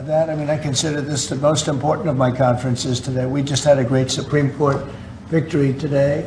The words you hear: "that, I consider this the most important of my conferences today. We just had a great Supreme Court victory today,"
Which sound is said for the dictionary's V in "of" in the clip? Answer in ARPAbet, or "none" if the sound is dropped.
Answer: V